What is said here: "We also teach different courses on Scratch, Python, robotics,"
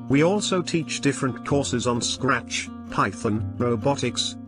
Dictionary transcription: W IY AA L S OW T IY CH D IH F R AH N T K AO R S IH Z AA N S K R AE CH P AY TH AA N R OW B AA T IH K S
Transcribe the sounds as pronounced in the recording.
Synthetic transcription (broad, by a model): W IY AA L S OW T IY CH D IH F R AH N K AO R S IH Z N S K R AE CH P AY TH AA N R OW B AA T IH K S